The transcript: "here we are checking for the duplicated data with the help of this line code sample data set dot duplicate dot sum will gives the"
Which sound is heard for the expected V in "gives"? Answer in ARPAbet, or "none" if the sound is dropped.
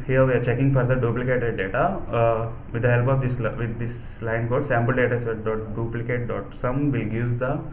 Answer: none